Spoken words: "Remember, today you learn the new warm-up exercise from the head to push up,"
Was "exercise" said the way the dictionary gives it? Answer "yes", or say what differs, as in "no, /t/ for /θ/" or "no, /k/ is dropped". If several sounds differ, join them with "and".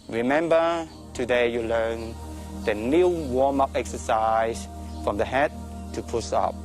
no, /s/ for /z/